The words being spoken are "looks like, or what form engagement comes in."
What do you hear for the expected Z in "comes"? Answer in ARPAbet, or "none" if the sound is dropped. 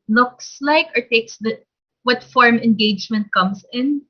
S